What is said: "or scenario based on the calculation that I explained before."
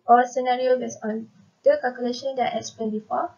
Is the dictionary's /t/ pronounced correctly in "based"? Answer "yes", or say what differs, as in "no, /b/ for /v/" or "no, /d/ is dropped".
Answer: no, /t/ is dropped